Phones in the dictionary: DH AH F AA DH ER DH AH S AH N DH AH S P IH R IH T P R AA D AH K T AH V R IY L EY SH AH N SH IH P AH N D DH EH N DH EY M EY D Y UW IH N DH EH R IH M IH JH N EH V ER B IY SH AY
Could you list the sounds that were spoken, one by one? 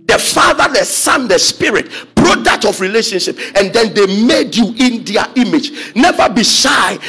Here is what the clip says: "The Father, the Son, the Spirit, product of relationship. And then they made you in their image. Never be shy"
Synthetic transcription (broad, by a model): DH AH F AA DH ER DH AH S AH N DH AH S P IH R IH T B R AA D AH T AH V R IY L EY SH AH N SH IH P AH N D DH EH N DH EY M EY D Y UW IH N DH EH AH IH M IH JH N EH V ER B IY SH AY